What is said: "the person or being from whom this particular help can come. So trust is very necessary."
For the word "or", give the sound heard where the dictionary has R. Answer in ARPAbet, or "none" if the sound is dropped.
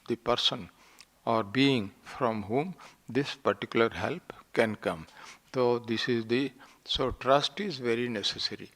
R